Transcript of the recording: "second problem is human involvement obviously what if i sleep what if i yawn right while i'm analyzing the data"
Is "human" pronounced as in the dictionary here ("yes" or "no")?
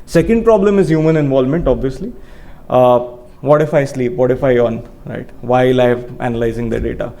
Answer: yes